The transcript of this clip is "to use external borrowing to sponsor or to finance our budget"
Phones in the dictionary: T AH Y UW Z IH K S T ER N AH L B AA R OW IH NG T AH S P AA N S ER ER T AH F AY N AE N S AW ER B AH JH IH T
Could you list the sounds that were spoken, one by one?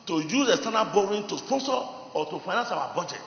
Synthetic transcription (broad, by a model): T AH Y UW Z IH S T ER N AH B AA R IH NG T AH S P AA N S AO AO T AH F AY N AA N S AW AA B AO JH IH T